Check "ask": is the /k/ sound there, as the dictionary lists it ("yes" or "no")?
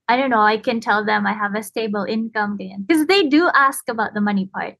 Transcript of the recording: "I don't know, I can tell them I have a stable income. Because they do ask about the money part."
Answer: yes